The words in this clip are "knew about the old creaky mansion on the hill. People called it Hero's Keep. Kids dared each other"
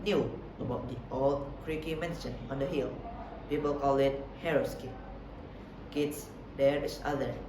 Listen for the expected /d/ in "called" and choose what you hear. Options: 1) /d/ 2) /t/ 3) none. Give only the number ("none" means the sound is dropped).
3